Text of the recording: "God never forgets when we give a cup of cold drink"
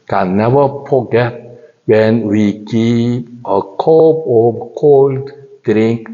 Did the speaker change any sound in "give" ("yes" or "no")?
yes